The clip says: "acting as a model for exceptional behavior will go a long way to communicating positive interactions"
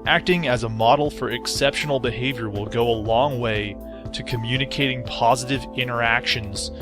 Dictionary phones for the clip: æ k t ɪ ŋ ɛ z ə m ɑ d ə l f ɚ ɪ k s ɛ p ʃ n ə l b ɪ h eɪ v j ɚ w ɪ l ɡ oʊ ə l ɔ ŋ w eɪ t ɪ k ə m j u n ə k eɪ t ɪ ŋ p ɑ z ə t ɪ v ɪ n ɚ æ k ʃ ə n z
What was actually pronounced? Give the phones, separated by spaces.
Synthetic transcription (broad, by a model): æ k t ɪ ŋ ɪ z ə m ɑ d l f ɚ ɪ k s ɛ p ʃ n l b ɪ h eɪ v j ɚ w ɪ l ɡ oʊ ə l ɔ ŋ w eɪ t ɪ k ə m j u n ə k eɪ t ɪ ŋ p ɑ z ə t ɪ v ɪ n ɚ æ k ʃ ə n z